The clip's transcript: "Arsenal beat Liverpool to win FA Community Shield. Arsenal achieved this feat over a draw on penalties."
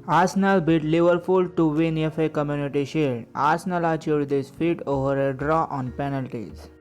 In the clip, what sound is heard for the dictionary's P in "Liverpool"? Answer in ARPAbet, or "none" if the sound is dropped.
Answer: F